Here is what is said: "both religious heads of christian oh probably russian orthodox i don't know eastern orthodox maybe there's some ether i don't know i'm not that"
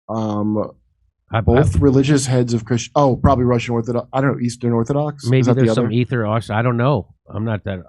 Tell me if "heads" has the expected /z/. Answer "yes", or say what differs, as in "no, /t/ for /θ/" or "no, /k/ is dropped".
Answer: yes